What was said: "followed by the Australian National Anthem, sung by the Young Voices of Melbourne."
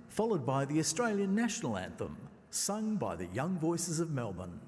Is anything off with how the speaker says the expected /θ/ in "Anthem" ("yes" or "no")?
no